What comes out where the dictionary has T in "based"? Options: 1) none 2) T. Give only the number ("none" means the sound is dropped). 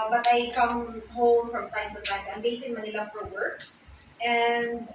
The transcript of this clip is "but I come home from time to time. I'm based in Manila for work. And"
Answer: 1